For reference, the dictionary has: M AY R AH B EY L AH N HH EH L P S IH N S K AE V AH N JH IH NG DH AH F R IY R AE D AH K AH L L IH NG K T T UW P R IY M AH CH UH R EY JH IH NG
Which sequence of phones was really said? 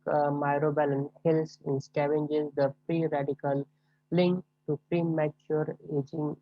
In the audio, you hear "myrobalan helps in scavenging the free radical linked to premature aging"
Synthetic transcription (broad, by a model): M AY R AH B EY L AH N HH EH L S IH N S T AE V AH N JH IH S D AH P R IY R AE D AH K AH L L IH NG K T T UW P R IY M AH CH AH R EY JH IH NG